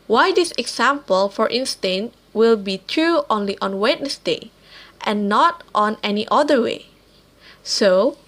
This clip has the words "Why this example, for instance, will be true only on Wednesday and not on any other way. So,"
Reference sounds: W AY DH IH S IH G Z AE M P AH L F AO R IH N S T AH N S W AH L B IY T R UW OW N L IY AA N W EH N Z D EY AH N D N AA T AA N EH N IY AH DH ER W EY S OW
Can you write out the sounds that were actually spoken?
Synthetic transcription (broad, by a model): W AY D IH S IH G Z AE M P AH L F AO R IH N S T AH N W AH L B IY T R UW OW N L IY AA N W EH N S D EY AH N N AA T AA N EH N IY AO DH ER W EY S OW